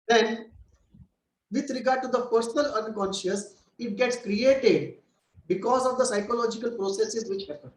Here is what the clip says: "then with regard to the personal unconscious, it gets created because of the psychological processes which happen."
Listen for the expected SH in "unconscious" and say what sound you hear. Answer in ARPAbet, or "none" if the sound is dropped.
SH